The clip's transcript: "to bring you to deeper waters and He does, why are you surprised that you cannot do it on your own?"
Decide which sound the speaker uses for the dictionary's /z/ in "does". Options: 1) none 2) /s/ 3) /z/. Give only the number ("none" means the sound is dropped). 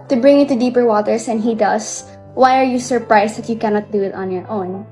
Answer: 2